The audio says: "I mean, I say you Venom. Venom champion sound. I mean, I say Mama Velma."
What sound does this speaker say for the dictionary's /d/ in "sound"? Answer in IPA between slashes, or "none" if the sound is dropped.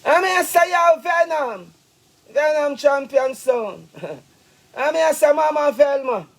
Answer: none